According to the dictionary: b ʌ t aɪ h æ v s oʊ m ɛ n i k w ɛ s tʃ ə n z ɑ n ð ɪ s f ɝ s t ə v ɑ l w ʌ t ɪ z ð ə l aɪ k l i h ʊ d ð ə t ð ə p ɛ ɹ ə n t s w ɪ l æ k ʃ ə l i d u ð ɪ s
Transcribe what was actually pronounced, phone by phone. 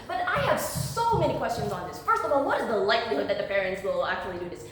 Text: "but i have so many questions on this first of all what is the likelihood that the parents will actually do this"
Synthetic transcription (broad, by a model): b ʌ t aɪ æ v s oʊ m ɛ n i k w ɛ s tʃ ə n z n ð ɪ s f ɝ s t ə v ɑ l w ʌ t ɪ z ð ə l aɪ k l i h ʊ d ð ə t ð ə p ɛ ɹ ə n t s w ɪ l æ k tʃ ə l i d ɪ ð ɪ s